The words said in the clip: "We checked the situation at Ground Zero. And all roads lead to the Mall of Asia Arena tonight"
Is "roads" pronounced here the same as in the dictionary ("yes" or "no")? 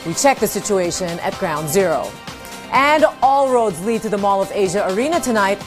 yes